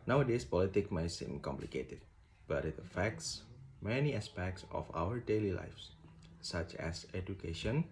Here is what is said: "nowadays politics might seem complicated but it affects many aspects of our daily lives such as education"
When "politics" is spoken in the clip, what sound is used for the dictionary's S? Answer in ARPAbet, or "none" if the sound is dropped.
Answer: none